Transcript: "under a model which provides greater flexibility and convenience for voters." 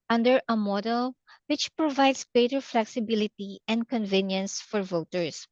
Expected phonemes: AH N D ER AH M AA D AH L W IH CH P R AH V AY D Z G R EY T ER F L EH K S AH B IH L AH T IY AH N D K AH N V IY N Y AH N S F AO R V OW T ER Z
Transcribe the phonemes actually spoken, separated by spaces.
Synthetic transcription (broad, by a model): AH N D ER AH M AA D AH L W IH CH P R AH V AY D S G R EY T ER F L EH K S AH B IH L AH T IY AH N D K AH N V IY N Y AH N S F AO R V OW T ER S